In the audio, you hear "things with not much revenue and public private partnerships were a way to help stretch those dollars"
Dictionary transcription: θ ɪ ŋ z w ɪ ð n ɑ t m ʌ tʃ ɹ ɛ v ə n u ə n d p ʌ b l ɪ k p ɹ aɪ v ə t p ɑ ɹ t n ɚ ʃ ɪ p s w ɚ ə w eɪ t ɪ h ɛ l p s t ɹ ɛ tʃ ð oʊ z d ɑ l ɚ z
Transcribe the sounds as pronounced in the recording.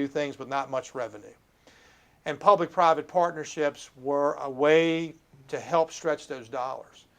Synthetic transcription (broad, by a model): θ ɪ ŋ z w ɪ ð n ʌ t m ʌ tʃ ɹ ɛ v ə n u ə n p ʌ b l ɪ k p ɹ aɪ v ə t p ɑ ɹ t n ɚ ʃ ɪ p s w ɚ ə w eɪ t ɪ h ɛ l p s t ɹ ɛ tʃ ð oʊ z d ɑ l ɚ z